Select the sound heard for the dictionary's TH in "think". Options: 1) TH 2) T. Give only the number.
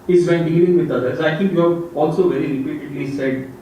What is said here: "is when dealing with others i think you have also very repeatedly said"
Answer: 2